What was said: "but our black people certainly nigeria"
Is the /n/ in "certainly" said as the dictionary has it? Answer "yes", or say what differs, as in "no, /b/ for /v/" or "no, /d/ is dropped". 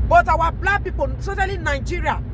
no, /n/ is dropped